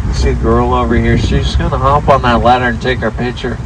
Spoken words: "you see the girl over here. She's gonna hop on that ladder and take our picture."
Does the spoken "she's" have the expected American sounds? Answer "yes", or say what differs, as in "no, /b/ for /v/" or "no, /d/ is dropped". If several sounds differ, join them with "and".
no, /s/ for /z/